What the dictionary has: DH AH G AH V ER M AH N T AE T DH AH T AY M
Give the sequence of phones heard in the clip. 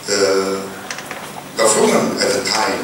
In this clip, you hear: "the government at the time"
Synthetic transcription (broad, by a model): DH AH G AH F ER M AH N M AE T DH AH T AY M